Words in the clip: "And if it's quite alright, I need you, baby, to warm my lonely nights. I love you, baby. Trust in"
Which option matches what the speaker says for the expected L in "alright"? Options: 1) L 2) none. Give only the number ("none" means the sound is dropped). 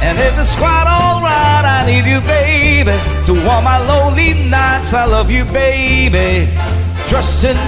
1